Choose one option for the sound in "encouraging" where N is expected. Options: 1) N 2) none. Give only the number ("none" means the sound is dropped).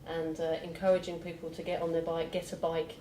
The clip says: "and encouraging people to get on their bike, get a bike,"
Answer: 1